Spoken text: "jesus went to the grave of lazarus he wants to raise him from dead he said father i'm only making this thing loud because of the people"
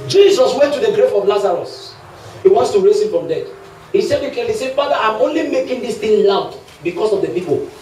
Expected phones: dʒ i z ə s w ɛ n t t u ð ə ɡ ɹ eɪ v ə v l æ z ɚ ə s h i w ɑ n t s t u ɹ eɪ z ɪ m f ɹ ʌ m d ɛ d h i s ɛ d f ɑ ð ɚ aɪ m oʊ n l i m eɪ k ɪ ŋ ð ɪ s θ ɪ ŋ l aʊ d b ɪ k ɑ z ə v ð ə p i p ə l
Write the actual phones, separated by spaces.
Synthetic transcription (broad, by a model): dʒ i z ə s w ɛ n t t u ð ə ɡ ɹ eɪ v ə v l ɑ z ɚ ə s h i w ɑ n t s t u ɹ eɪ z ɪ m f ɹ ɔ m d ɛ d h i s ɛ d f ɑ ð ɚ aɪ m oʊ n l i m eɪ k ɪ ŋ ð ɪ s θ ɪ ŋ l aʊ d b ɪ k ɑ s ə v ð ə p i p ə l